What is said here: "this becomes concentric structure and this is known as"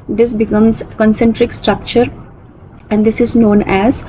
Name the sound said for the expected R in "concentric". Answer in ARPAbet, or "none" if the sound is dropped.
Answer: R